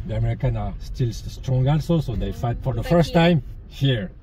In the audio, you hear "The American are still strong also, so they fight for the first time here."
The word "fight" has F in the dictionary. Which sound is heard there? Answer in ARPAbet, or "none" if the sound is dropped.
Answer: F